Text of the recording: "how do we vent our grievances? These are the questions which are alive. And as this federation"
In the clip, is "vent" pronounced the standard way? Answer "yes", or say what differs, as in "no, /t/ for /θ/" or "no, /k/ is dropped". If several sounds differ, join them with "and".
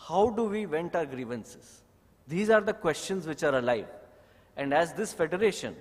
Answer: yes